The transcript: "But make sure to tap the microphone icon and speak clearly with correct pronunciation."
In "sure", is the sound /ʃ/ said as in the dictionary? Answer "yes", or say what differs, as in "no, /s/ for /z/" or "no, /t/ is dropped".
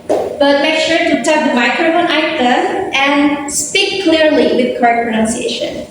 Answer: no, /s/ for /ʃ/